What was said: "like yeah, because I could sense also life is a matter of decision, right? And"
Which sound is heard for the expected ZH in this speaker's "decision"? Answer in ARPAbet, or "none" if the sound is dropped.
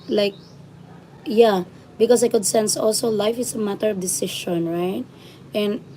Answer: SH